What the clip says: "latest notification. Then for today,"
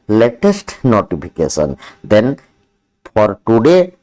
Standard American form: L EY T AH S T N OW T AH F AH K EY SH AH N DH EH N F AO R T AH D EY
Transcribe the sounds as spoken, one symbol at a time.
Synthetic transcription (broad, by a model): L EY T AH S T N OW T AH P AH K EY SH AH N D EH N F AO R T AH D EY